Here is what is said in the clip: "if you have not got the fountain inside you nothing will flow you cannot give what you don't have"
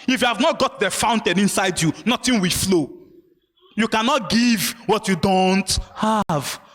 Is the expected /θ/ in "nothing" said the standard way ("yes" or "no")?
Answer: no